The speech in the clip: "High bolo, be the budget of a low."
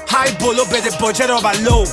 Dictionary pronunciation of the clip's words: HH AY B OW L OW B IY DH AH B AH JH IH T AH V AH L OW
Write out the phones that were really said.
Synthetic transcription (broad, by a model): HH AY B OW L OW B IY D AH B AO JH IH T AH B AH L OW